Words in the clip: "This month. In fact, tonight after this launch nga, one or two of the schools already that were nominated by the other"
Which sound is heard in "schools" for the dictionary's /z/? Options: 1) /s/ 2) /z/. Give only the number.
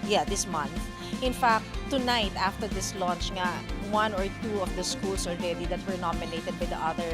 1